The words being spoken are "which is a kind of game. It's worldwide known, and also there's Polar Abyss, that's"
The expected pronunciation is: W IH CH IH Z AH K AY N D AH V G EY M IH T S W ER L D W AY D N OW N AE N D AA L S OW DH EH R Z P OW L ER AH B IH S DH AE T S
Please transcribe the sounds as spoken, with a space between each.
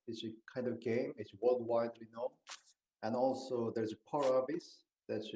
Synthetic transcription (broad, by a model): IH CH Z AH K AY N D AH V G EY M IH T S W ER L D W AY D N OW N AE N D AA L S OW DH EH R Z P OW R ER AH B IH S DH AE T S